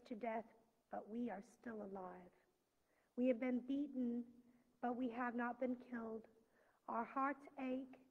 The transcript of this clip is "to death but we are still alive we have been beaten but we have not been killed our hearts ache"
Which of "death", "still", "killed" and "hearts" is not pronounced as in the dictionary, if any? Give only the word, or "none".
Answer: none